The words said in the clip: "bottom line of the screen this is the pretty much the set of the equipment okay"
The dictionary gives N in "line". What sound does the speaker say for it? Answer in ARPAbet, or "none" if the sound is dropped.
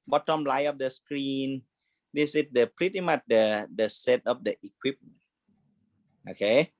none